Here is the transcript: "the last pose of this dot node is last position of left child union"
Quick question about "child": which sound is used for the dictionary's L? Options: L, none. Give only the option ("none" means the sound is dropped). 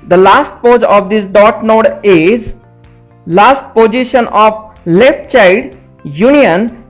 none